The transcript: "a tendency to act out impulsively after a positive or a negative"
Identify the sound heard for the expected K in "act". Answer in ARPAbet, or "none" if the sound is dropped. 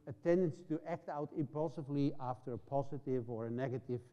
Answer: K